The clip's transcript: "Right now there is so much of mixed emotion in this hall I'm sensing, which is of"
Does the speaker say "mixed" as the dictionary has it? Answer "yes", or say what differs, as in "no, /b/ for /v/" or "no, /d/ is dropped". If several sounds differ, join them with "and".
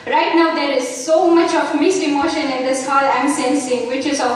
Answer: no, /k/ is dropped